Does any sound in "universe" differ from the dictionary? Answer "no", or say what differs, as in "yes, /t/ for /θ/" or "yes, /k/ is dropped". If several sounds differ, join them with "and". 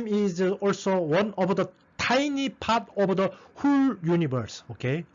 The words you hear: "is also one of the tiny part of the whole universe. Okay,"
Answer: yes, /b/ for /v/